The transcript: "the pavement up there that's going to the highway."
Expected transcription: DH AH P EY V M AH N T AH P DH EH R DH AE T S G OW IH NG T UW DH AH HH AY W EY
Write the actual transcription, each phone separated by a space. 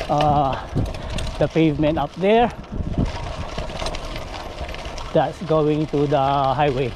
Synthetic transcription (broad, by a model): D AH P EY V M AH N T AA P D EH R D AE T S G OW IH NG T UW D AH HH AY W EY